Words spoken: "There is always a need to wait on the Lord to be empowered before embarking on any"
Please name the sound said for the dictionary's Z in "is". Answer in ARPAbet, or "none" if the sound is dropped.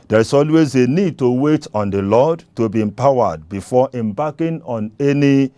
S